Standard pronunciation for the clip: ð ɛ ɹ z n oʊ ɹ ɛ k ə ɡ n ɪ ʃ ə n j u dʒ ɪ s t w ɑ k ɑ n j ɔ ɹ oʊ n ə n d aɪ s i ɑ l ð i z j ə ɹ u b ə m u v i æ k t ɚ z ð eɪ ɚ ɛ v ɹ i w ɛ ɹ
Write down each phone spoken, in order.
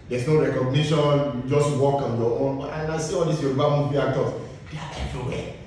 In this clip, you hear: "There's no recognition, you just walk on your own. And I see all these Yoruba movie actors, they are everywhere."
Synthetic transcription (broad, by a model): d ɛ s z n oʊ ɹ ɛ k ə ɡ n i ʃ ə n j u dʒ ɪ s t w ɑ k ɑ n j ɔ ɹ oʊ n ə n aɪ s i ɑ l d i s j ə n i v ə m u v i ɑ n t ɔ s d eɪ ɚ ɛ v ɹ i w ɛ